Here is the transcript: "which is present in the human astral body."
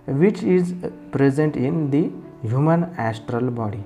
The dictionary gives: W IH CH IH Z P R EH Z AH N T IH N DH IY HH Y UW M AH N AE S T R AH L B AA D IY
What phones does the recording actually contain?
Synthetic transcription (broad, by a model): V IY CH IH Z P R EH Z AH N T IH N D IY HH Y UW M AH N AE S T R AH L B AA D IY